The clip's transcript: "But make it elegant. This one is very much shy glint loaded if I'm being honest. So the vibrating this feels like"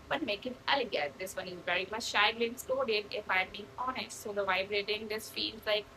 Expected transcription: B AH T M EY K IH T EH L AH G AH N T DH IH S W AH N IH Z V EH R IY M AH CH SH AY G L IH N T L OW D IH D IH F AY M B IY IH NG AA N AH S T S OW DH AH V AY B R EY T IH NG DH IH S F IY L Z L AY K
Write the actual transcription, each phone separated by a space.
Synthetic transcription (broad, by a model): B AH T M EY K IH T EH L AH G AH T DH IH S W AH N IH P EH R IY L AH SH AY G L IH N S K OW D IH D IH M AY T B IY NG AA N AH S T S OW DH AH V AY B R EY T IH NG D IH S F IY L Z L AY K